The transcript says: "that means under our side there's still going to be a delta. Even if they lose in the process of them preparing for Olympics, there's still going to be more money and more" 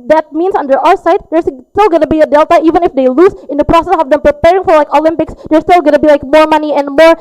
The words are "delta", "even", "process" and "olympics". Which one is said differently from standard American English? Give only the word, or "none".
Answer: none